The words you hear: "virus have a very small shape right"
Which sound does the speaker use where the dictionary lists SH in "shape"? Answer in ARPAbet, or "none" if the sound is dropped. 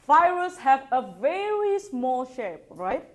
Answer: SH